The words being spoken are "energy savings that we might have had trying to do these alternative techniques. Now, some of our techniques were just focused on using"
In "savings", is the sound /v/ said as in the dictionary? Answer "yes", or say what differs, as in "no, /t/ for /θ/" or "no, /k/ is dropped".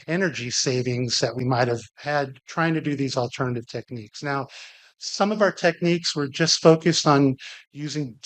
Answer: yes